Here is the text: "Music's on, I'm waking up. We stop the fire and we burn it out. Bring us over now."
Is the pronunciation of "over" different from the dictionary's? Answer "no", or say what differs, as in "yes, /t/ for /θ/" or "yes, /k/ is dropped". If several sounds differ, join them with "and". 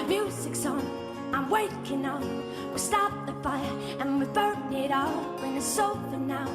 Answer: yes, /f/ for /v/